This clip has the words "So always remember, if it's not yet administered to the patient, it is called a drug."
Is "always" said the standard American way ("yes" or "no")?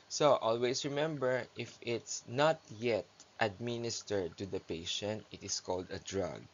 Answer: no